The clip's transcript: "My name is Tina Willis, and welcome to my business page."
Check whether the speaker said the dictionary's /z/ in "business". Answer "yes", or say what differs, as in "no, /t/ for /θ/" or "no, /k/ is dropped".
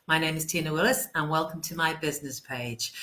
yes